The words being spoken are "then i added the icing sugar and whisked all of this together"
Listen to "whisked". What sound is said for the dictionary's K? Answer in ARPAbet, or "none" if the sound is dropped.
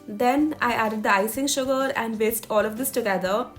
none